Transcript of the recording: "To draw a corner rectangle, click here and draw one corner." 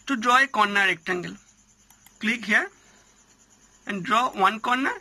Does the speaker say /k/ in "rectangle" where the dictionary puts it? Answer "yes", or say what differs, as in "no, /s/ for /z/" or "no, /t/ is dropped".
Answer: yes